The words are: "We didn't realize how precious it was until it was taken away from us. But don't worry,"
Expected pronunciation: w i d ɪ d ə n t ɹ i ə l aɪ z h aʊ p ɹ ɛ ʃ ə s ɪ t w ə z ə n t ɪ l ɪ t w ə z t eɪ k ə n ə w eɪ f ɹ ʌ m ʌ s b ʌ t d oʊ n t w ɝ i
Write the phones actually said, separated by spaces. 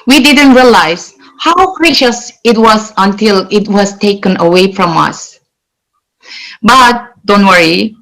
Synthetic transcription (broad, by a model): w i d ɪ d ə n t ɹ i ə l aɪ z h aʊ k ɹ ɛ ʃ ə s ɪ t w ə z ə n t ɪ l ɪ t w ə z t eɪ k ə n ə w eɪ f ɹ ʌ m ʌ s b ʌ t d oʊ n t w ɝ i